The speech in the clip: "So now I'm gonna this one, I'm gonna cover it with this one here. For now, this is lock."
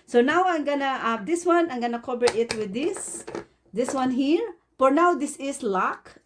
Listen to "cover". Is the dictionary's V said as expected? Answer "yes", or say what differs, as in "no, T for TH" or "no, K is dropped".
no, B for V